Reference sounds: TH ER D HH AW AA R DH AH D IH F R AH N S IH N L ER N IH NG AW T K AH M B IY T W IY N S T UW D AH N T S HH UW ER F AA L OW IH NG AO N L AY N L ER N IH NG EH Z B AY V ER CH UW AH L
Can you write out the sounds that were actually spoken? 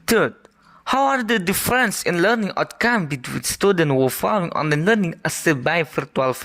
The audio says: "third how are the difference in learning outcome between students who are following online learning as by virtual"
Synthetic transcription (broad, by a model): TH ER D HH AW AA R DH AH D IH F R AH N S IH N L ER N IH NG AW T K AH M B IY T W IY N S T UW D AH N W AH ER F AA L OW IH NG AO N AH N L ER N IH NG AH S B AY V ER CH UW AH L